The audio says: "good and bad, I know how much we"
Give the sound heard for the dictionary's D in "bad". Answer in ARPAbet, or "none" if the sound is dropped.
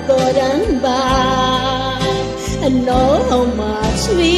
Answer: none